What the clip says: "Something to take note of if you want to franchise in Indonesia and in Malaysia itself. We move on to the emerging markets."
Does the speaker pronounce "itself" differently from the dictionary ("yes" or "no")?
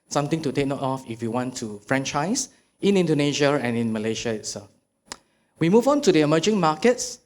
yes